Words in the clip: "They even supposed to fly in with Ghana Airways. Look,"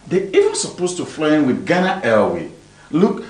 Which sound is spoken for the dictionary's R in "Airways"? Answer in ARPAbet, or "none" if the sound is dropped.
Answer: L